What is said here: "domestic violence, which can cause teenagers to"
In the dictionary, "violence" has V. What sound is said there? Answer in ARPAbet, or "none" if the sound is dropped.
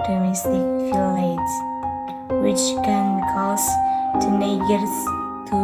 F